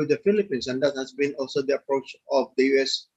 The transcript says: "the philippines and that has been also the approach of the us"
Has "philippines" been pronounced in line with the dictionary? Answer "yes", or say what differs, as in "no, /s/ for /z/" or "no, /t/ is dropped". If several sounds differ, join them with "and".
no, /s/ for /z/